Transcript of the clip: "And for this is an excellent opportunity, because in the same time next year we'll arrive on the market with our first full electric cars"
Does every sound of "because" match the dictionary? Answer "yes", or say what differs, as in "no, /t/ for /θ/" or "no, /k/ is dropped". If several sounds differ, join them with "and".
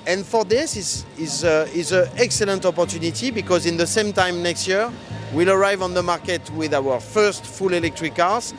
yes